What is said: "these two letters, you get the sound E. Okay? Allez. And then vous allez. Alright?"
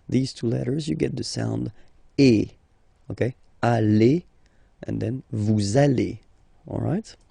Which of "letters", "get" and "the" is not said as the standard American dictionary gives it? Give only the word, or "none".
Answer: none